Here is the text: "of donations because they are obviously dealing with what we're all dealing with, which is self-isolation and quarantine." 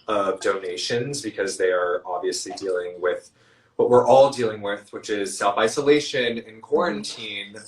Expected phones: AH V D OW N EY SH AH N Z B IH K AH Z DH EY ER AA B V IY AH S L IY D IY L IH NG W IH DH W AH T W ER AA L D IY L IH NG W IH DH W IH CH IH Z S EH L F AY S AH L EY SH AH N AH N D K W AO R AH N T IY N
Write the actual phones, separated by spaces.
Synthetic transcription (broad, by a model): AH V D OW N EY SH AH N Z B IH K AH Z DH EY ER AA B V IY AH S L IY D IY L IH NG W IH DH W AH T W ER AA L D IY L IH NG W IH DH W IH CH IH Z S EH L F AY S AH L EY SH AH N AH N K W AO R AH N T IY N